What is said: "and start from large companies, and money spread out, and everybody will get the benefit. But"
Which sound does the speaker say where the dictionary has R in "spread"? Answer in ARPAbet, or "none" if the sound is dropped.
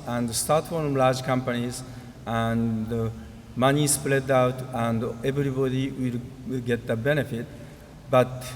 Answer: L